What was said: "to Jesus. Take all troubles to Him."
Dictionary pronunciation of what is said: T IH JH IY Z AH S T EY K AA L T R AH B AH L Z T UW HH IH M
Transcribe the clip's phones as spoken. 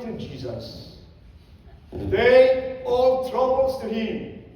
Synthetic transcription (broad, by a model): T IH JH IY Z AH S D EY AA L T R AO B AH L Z T UW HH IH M